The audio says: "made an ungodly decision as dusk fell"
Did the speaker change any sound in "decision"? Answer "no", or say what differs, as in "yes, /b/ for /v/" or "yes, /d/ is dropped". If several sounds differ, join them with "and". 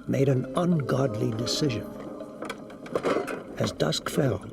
no